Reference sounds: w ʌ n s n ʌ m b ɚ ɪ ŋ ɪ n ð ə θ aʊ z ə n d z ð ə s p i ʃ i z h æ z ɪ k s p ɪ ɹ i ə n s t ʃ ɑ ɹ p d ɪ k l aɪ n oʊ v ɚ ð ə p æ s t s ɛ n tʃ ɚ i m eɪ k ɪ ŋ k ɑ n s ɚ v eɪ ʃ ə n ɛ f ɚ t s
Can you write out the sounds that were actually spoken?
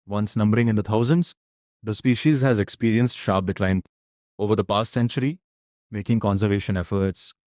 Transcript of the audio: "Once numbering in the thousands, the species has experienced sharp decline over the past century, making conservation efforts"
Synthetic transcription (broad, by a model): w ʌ n s n ʌ m b ɚ ɪ ŋ ɪ n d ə t aʊ z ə n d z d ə s p i ʃ i z h æ z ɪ k s p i ɹ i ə n s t ʃ ɑ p d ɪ k l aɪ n oʊ v ɚ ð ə p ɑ s t s ɛ n tʃ ɚ i m eɪ k ɪ ŋ k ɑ n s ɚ v eɪ ʃ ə n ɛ f ɚ t s